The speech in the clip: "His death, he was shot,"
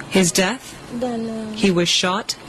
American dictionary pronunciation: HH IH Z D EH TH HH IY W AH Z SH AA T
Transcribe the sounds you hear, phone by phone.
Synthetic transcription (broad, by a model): HH IH Z D EH TH HH IY W AH Z SH AA T